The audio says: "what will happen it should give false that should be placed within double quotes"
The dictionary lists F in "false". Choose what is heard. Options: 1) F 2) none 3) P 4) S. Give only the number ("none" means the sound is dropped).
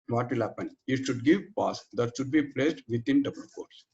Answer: 3